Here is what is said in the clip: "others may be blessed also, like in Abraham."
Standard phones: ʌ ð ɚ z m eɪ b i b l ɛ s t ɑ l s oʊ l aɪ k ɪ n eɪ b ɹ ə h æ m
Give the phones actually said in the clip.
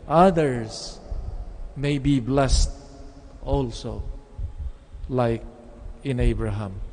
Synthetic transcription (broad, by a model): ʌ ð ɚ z m eɪ b i b l ɛ s t ɑ l s oʊ l aɪ k ɪ n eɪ b ɹ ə h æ m